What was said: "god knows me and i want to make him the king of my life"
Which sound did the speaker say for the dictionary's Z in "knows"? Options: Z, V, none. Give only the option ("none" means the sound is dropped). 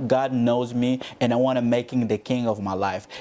Z